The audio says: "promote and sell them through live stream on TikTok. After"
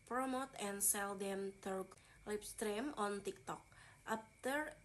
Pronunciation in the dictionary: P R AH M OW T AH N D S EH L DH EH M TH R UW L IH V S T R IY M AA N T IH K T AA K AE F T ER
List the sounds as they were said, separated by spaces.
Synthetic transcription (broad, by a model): P R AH M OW T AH N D S EH L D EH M T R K L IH P S T R IY M AA N T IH K T AA K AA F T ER